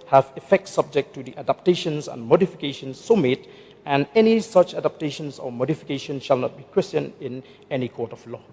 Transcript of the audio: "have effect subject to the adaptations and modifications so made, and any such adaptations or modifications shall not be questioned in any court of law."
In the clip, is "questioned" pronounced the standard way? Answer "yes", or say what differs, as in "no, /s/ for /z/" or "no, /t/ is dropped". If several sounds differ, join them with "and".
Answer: no, /d/ is dropped